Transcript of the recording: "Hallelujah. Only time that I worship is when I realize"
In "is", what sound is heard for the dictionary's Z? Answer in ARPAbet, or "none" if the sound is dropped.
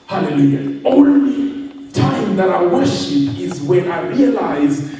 Z